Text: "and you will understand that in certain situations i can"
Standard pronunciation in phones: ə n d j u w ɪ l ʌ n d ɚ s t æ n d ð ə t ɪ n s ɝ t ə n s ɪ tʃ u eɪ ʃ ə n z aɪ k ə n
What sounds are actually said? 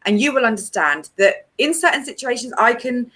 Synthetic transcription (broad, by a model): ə n j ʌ w ɪ l ʌ n d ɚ s t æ n ð ə t ɪ n s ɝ t n s ɪ tʃ u eɪ ʃ ə n z aɪ k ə n